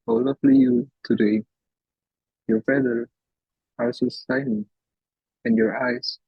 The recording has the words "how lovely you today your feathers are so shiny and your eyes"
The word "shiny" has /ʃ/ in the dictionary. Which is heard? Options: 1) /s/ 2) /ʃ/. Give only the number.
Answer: 1